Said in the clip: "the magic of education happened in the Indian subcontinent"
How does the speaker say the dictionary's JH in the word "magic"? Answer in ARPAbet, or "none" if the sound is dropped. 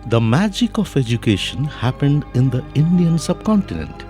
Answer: JH